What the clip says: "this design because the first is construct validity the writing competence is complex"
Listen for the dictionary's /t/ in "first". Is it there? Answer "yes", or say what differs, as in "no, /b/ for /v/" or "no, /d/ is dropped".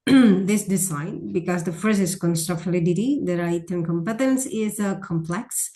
no, /t/ is dropped